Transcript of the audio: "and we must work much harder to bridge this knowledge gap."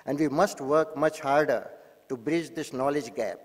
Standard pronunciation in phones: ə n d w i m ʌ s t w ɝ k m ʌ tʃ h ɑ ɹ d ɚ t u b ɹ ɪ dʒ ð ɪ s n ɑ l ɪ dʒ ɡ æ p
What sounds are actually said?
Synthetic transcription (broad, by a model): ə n d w i m ʌ s t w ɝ k m ʌ tʃ h ɑ ɹ d ɚ t u b ɹ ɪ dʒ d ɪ s n ɑ l ɪ dʒ ɡ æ p